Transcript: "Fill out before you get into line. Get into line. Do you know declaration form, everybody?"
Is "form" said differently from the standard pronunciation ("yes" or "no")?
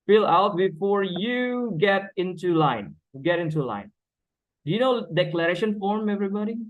no